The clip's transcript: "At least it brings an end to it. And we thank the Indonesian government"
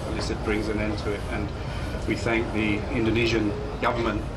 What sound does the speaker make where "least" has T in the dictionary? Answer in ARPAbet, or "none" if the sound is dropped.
none